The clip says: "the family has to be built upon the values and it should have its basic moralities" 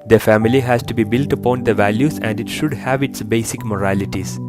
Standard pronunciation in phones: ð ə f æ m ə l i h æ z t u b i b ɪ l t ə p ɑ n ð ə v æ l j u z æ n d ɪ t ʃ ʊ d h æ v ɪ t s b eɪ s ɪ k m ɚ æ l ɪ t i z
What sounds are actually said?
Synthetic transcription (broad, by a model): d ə f æ m ə l i h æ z t u b i b ɪ l t ə p ɑ n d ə v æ l j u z æ n d ɪ t ʃ ʊ d h æ v ɪ t s b eɪ s ɪ k m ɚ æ l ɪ t i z